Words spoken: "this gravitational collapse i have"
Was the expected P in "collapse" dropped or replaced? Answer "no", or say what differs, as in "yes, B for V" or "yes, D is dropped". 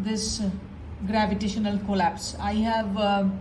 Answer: no